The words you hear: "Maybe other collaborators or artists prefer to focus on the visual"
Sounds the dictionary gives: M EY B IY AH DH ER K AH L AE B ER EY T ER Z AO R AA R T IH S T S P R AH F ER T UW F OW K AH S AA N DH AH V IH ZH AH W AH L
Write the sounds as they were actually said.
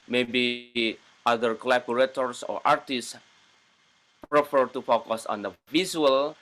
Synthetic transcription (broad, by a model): M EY B IY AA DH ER K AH L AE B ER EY T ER S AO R AA R T IH S T S P R AH F ER T UW F OW K AH S AA N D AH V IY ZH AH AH L